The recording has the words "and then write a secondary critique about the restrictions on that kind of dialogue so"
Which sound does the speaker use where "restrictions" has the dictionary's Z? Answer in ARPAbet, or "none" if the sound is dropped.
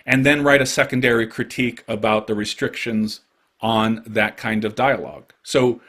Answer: Z